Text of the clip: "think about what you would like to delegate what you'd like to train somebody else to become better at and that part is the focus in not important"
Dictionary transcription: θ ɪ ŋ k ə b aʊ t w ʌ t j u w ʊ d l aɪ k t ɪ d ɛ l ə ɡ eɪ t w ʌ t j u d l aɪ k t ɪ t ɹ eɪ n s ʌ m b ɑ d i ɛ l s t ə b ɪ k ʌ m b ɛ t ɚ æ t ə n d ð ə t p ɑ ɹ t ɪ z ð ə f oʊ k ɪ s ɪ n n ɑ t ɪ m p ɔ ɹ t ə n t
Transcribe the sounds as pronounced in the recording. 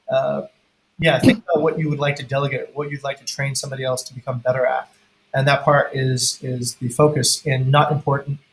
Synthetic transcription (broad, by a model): θ ɪ ŋ k ə b aʊ t w ʌ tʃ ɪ w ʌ d l aɪ k t ɪ d ɛ l ə ɡ eɪ t w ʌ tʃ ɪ d l aɪ k t ɪ t ɹ eɪ n s ʌ m b ɑ d i ɛ l s t ə b ɪ k ʌ m b ɛ t ɚ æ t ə n ð ə t p ɑ ɹ t ɪ z ð ə f oʊ k ɪ s ɪ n n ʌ t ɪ m p ɔ ɹ t n t